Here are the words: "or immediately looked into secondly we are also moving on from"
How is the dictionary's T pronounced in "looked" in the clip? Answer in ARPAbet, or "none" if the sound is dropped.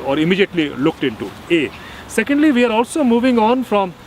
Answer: T